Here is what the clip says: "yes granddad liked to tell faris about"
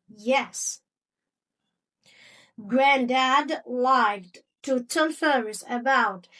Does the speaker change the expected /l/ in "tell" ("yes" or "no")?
yes